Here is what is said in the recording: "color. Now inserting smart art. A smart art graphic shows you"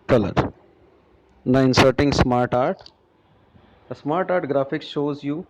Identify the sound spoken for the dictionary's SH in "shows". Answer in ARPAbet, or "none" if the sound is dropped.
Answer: SH